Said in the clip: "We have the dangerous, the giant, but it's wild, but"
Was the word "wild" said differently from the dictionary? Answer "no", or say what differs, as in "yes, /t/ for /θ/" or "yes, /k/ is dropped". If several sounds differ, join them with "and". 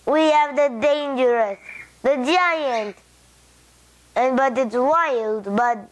no